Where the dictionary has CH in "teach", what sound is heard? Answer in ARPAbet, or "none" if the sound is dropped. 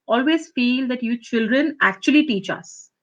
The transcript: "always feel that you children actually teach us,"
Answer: CH